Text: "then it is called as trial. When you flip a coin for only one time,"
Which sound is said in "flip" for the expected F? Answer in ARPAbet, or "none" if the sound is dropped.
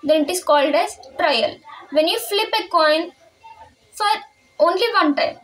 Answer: F